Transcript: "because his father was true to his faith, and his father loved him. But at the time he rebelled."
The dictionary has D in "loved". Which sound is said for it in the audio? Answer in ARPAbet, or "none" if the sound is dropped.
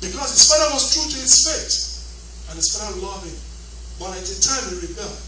none